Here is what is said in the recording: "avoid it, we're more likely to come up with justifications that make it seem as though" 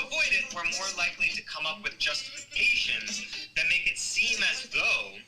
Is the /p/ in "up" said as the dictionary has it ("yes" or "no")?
yes